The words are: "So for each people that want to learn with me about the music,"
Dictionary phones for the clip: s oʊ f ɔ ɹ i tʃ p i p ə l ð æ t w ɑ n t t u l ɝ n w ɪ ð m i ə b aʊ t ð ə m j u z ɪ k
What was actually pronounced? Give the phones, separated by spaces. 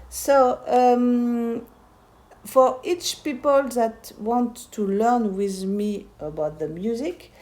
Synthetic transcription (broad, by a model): s oʊ f ɔ ɹ i tʃ p i p ə l ð æ t w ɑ n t t u l ɝ n w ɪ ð m i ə b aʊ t ð ə m j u z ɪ k